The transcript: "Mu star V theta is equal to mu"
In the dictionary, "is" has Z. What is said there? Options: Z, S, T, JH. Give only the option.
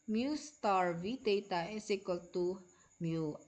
S